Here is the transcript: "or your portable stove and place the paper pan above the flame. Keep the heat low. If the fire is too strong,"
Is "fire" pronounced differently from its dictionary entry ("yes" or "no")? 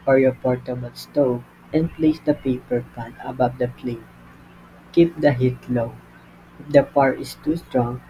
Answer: yes